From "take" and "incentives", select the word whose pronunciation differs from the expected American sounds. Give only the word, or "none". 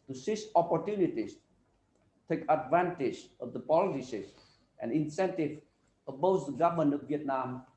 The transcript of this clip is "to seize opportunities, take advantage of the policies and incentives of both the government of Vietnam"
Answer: incentives